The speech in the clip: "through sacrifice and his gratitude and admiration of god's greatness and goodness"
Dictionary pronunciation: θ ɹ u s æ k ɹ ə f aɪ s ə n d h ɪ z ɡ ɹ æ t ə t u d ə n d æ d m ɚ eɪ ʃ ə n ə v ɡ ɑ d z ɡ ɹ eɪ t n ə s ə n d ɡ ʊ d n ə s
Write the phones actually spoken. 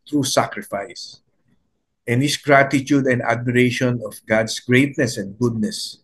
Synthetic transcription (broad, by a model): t ɹ u s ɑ k ɹ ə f aɪ s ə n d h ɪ s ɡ ɹ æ t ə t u d ə n d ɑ d m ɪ eɪ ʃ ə n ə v ɡ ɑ d s ɡ ɹ eɪ t n ə s ə n d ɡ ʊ d n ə s